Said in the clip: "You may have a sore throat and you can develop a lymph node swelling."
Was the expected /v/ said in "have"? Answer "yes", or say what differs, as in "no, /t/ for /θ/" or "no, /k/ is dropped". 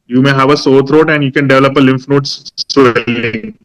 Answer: yes